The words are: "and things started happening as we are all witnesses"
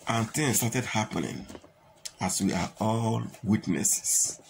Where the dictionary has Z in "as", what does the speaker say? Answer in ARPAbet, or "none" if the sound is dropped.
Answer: S